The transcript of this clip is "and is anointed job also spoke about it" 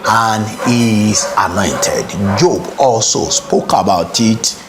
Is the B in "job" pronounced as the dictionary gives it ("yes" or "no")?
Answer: yes